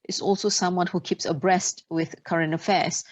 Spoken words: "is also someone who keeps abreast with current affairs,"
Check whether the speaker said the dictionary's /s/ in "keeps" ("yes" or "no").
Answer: yes